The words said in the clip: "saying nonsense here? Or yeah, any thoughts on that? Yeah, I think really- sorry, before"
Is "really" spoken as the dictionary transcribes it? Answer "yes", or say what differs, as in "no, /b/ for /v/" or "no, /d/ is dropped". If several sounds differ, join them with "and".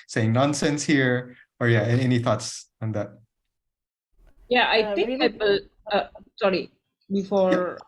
no, /w/ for /ɹ/